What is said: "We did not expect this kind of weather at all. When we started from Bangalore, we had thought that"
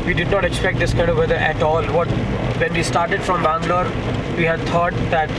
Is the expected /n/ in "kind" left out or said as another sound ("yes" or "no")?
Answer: yes